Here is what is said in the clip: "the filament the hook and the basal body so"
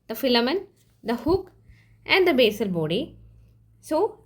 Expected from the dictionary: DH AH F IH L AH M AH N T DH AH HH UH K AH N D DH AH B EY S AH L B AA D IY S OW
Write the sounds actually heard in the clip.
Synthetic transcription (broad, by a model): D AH F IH L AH M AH N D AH HH UH K AH N D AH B EY S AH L B AA D IY S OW